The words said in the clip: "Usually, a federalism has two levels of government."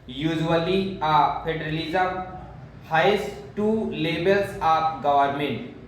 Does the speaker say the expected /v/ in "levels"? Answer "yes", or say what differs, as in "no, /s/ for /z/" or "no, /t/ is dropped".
no, /b/ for /v/